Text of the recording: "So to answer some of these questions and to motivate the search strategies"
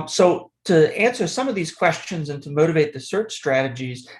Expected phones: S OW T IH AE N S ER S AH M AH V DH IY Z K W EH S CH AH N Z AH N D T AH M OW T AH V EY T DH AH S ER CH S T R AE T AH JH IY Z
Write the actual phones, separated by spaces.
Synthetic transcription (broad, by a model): S OW T IH AE N S ER S AH M AH V DH IY Z K W EH S CH AH N Z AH N T AH M OW T AH V EY T DH AH S ER CH S T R AE T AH JH IY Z